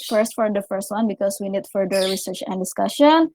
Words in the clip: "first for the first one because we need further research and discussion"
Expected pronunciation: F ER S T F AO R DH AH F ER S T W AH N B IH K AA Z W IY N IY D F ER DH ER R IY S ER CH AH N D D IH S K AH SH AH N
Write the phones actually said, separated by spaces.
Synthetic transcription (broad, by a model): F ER S T F AO R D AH F ER S T W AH N B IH K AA S W IY N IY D F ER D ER R IY S ER CH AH N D D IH S K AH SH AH N